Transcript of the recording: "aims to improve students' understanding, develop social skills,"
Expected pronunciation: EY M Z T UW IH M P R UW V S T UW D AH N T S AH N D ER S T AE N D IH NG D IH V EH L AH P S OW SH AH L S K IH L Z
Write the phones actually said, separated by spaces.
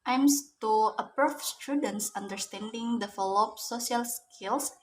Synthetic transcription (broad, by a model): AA M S T UW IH P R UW F S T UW D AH N T S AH N D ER S T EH N D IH NG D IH F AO L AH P S OW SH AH L S K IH L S